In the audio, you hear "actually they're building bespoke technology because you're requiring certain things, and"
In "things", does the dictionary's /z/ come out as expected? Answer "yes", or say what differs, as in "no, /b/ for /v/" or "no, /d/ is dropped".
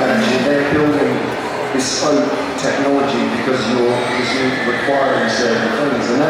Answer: yes